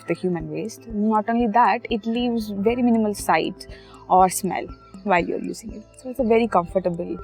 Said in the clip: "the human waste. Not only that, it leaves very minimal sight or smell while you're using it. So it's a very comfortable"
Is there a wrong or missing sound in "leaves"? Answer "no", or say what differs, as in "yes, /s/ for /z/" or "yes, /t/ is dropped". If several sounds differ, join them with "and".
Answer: no